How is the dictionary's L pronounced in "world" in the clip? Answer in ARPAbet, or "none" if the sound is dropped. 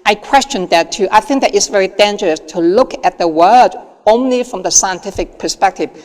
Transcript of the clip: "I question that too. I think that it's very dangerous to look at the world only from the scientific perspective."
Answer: none